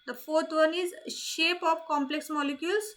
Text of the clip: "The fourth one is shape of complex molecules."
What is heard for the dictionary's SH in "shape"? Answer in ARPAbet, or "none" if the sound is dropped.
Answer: SH